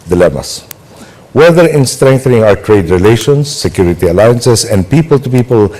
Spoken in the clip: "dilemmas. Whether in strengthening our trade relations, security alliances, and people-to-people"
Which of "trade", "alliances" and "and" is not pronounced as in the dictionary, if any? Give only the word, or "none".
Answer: alliances